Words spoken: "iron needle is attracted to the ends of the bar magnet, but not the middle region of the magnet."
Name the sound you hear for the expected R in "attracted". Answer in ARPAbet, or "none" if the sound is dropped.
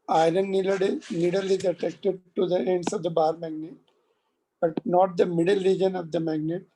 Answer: none